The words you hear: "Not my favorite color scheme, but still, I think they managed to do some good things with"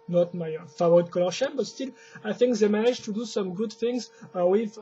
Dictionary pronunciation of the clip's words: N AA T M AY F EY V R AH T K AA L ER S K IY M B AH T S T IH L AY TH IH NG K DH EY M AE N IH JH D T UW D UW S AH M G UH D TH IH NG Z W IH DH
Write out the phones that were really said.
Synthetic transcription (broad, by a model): N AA T M AY F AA V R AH T K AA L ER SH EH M B AH T S T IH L AY TH IH NG K DH EY M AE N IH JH T UW D UW S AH M G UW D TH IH NG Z W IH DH